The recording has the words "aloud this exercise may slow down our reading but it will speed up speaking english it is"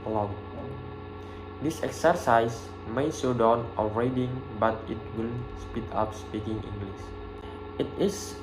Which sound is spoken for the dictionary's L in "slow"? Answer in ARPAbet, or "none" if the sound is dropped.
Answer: none